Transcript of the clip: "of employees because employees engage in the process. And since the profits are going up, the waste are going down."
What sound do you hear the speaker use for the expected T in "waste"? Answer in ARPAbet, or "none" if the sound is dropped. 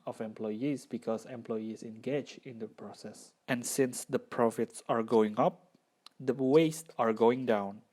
T